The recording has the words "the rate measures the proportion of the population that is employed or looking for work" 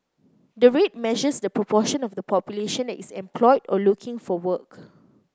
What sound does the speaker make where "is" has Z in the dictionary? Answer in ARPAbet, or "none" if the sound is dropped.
S